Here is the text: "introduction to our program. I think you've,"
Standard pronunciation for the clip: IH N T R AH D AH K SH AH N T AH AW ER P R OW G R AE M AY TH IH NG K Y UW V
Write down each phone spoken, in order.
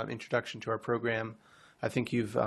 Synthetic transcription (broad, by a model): IH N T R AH D AH K SH N T AH AW ER P R OW G R AE M AY TH IH NG K Y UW V